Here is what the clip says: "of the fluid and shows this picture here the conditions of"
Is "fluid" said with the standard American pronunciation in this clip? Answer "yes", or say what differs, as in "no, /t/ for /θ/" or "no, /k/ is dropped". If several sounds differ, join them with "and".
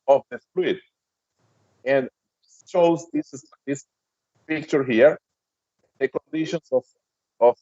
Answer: no, /p/ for /f/